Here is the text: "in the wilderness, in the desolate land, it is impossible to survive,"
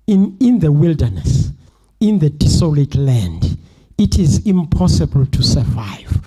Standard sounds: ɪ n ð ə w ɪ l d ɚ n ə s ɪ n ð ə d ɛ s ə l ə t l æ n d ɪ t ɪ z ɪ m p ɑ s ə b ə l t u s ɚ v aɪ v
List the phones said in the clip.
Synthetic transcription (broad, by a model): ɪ n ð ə w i l d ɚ n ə s ɪ n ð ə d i s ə l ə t l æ n d ɪ t ɪ z ɪ m p ɑ s ə b ə l t u s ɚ v aɪ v